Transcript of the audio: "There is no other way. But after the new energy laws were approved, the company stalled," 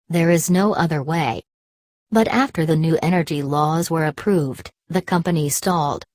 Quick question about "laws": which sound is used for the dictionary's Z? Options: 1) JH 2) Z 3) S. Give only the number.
2